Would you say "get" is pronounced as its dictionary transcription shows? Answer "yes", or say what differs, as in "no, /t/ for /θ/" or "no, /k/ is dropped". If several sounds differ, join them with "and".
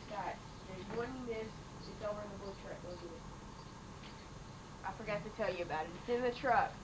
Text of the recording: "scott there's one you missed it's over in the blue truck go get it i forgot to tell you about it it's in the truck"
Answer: no, /t/ is dropped